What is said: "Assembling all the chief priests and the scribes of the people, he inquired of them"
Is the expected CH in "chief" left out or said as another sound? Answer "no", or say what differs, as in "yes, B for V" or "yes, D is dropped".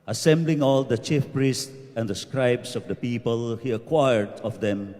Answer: no